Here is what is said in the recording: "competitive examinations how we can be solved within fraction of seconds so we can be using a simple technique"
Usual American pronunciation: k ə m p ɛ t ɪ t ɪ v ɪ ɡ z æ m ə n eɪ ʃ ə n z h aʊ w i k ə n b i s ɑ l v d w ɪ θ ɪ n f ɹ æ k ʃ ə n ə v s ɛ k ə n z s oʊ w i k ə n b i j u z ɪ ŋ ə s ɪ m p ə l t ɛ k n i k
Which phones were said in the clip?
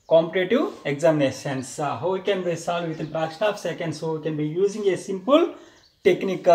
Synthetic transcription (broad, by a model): k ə m p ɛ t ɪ t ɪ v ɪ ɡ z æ m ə n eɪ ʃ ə n s h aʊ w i k ə n b i s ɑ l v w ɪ t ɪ n p ɹ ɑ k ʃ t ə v s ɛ k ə n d s oʊ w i k ə n b i j u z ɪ ŋ ə s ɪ m p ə l t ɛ k n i k